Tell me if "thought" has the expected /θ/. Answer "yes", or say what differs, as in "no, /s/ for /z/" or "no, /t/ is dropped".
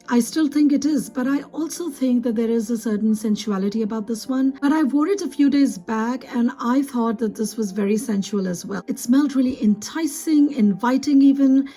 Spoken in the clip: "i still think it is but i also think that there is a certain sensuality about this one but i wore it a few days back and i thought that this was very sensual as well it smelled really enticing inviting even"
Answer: yes